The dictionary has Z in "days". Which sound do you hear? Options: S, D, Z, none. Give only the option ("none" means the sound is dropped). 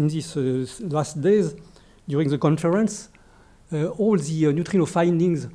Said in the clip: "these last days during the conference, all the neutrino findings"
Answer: Z